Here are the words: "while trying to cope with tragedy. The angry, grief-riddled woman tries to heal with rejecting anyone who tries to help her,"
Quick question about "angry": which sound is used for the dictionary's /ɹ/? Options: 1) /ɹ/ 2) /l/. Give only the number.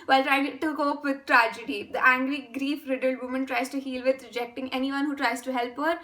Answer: 2